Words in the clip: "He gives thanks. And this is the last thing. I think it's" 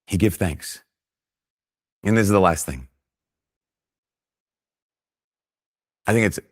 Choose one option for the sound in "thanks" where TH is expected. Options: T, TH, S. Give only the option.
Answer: TH